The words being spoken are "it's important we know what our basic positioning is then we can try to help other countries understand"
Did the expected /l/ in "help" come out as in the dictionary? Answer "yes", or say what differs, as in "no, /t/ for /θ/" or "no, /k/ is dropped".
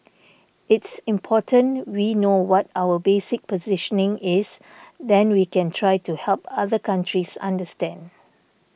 yes